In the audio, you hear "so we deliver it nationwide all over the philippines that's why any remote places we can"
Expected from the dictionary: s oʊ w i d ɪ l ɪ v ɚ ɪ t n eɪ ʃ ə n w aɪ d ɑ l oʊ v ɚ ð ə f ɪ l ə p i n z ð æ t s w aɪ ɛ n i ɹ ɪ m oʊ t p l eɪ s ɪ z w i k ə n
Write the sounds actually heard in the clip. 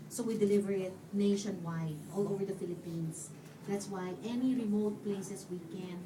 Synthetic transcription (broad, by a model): s oʊ w i d ɪ l ɪ v ɚ ɪ t n eɪ ʃ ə n w aɪ d ɑ l oʊ v ɚ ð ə f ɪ l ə p i n s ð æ t s w aɪ ɛ n i ɹ ɪ m oʊ t p l eɪ s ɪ s w i k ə n